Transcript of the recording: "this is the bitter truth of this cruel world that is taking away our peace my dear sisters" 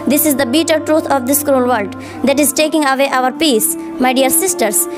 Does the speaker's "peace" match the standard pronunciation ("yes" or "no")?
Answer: yes